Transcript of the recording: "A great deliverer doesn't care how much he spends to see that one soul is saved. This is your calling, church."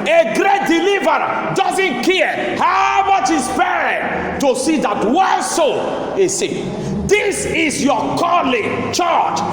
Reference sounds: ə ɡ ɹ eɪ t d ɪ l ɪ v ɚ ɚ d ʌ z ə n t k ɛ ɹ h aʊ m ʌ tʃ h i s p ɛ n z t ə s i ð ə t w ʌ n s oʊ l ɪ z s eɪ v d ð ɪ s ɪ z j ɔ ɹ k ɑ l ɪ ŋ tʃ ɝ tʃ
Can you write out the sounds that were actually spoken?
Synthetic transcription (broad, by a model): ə ɡ ɹ eɪ t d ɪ l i v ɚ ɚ d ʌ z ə n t k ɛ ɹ h aʊ m ʌ tʃ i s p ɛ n t ə s i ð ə t w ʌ s oʊ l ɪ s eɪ d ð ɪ s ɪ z j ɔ k ɑ l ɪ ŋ tʃ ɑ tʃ